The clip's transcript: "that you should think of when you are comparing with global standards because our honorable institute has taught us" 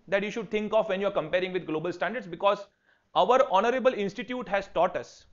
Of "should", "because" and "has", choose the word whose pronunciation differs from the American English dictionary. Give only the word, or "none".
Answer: none